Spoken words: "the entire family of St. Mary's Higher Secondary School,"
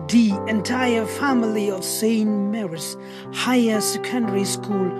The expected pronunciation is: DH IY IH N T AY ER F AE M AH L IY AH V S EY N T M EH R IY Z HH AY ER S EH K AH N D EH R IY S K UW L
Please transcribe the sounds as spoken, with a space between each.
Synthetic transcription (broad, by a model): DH IY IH N T AY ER F AE M AH L IY AH V S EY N M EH R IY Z HH AY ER S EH K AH N D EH R IY S K UW L